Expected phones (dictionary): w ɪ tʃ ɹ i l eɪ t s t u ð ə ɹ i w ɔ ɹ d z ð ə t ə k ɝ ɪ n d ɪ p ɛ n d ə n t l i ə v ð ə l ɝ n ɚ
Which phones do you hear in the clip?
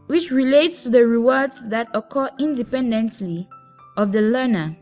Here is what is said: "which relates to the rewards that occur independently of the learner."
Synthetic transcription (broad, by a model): w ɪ tʃ ɹ i l eɪ t s t u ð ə ɹ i w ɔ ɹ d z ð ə t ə k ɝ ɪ n d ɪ p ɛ n d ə n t l i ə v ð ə l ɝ n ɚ